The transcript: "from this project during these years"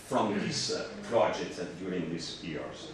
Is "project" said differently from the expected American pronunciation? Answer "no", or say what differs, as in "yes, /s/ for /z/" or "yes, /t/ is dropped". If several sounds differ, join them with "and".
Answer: yes, /k/ is dropped